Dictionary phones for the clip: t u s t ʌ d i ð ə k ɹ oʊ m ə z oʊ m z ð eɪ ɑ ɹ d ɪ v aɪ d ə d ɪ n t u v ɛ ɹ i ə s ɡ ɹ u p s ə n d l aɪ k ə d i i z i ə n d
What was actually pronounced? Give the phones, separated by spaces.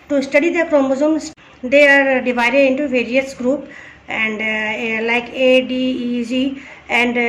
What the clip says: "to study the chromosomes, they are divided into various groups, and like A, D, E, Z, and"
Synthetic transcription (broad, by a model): t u s t ʌ d i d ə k ɹ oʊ m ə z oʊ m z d eɪ ɑ ɹ d ɪ v aɪ d ə d ɪ n t u v ɛ ɹ i ə s ɡ ɹ u p ə n d l aɪ k ə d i i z i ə n d